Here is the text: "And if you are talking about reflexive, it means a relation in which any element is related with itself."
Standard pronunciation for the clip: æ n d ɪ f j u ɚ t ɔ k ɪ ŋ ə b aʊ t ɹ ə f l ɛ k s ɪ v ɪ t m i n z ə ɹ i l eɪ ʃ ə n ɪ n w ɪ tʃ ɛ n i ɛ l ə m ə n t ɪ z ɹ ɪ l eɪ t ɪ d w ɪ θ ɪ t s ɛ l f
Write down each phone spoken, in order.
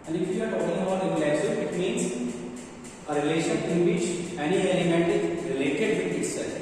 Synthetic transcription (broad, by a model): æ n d ɪ f j u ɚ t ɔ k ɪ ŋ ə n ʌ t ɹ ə l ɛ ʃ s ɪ ɪ t m i n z ə ɹ i l eɪ ʃ ə n ɪ n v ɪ tʃ ɛ n i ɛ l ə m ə n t ɪ z ɹ ɪ l eɪ t ɪ d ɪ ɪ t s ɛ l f